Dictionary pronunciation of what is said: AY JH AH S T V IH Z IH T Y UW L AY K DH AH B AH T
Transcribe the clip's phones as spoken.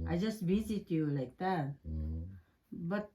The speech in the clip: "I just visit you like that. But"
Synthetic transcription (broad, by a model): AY JH AH S T B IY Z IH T Y UW L AY K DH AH B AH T